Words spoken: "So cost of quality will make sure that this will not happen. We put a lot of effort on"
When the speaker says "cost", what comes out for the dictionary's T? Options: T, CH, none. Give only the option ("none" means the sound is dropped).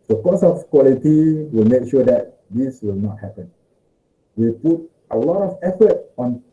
none